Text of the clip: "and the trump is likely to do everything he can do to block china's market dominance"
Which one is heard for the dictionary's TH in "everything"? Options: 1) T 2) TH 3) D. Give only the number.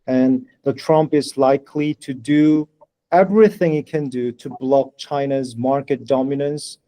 2